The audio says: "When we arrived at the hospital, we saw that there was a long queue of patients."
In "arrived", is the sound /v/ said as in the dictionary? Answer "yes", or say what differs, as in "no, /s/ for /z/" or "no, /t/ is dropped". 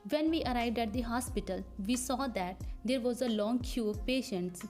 yes